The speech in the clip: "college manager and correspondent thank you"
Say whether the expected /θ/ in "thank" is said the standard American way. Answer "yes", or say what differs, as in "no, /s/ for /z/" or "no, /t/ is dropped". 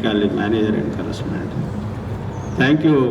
no, /t/ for /θ/